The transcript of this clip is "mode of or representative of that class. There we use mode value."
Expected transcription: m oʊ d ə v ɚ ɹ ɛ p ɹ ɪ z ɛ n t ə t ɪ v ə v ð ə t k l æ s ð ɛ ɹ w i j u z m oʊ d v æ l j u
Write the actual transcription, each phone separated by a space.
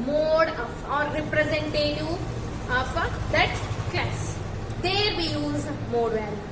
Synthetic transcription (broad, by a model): m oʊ d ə ɹ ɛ p ɹ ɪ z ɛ n t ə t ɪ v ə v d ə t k ɛ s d ɛ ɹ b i j u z m oʊ d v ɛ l